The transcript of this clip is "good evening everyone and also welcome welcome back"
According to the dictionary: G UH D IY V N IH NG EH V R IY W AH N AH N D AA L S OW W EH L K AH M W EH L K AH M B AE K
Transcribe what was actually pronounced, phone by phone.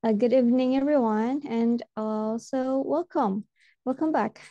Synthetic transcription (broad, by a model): G UH D IY V N IH NG EH V R IY W AH N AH N AA L S OW W EH L K AH M W EH L K AH M B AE K